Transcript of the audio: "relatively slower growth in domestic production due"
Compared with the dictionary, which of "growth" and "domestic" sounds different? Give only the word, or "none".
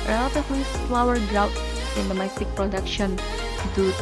growth